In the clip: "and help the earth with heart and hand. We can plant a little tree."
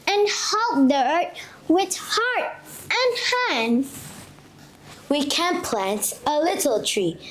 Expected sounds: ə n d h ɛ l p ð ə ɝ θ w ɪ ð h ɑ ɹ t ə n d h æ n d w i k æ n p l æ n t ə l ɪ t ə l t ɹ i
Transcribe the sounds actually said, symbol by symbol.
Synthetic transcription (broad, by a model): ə n h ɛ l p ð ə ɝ t w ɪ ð h ɑ ɹ t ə n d h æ n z w i k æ n p l æ n t ə l ɪ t l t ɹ i